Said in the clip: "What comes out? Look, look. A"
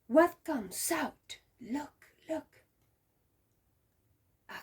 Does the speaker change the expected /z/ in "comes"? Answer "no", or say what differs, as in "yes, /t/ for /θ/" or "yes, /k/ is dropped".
yes, /s/ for /z/